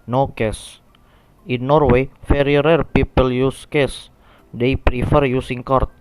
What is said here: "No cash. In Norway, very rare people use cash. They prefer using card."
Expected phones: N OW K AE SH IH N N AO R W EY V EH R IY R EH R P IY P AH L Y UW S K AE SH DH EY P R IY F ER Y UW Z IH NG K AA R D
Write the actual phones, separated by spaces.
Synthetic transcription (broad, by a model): N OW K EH S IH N N AO R W EY F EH R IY R EH R P IY P AH L Y UW S K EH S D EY P R IY F ER Y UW S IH NG K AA R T